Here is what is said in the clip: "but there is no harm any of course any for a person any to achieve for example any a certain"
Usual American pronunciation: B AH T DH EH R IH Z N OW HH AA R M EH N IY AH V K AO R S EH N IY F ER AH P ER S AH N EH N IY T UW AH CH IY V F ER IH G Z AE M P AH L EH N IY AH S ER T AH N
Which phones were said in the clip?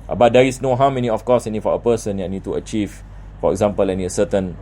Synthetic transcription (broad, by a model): B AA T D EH R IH S N OW HH AA W M EH N IY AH F K AO S EH N IY F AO AH P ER S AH N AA N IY T UW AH CH IY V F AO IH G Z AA M P AH L EH N IY AH S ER T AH N